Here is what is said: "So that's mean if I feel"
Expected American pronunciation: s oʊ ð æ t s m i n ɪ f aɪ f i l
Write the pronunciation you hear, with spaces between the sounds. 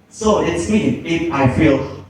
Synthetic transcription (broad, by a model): s oʊ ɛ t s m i ɪ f aɪ f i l